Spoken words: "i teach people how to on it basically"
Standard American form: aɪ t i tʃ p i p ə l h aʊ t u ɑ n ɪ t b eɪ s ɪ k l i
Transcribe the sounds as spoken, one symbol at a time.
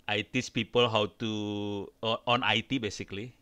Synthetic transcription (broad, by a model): aɪ t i s p i p ə l h aʊ t u ɑ n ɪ t b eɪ s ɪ k l i